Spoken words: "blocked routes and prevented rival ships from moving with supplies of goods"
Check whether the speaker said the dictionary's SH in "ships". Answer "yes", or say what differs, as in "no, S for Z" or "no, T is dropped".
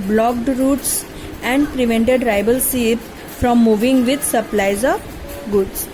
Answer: no, S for SH